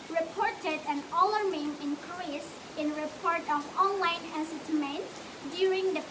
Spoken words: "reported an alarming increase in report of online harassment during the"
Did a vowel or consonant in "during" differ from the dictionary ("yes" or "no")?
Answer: no